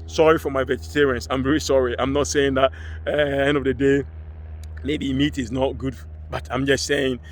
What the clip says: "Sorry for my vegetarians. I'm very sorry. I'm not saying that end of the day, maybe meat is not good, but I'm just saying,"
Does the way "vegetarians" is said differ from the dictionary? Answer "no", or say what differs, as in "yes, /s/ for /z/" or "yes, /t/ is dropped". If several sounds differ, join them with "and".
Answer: yes, /s/ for /z/